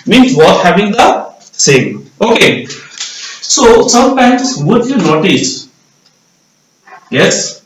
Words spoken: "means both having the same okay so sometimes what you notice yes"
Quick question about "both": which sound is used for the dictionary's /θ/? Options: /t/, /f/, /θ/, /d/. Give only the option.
/t/